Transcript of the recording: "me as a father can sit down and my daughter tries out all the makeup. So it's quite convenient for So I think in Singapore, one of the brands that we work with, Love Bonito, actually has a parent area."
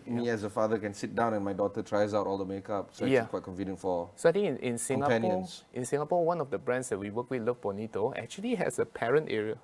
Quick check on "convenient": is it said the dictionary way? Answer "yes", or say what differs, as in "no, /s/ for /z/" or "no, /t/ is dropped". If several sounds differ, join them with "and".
no, /f/ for /v/